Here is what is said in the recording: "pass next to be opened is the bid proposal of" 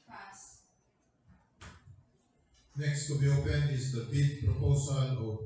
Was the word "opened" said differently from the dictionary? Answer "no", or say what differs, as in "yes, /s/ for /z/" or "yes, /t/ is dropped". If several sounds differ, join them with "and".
yes, /d/ is dropped